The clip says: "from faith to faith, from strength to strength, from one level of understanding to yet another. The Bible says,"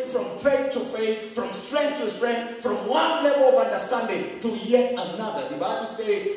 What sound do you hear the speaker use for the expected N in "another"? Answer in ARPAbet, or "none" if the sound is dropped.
N